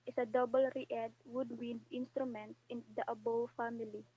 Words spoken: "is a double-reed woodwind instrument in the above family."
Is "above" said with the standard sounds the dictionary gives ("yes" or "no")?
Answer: no